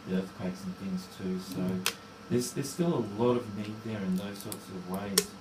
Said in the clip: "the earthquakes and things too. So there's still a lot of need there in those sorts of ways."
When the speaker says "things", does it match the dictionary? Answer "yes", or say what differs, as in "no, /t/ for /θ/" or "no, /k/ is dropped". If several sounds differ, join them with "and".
yes